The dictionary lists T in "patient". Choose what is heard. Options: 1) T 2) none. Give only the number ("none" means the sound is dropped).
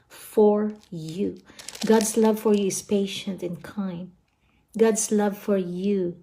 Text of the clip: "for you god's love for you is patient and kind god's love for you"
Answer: 1